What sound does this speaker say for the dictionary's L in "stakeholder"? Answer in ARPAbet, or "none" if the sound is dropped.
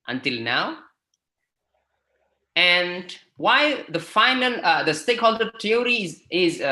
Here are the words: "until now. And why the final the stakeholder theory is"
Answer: L